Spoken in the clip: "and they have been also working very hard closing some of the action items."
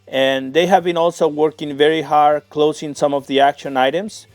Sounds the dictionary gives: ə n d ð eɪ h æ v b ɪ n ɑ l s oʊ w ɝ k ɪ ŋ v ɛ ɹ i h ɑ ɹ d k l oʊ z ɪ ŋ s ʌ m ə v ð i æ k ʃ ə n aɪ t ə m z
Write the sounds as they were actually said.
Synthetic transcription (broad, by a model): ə n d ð eɪ h æ v b ɪ n ɑ l s oʊ w ɝ k ɪ ŋ v ɛ ɹ i h ɑ ɹ d k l oʊ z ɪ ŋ s ʌ m ə v ð i æ k ʃ ə n aɪ t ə m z